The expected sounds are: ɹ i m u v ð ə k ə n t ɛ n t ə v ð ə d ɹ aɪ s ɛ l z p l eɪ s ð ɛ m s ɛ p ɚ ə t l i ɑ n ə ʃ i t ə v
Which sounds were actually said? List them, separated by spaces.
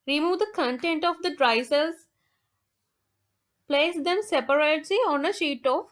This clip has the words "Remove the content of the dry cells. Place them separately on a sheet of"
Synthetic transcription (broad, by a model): ɹ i m u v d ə k ə n t ɛ n t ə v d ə d ɹ aɪ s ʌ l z p l eɪ s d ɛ m s ɛ p ɚ ə t l i ɑ n ə ʃ i t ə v